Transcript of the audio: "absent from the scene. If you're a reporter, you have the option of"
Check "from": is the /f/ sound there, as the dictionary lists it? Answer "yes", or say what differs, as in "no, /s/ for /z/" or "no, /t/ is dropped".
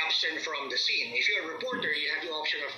yes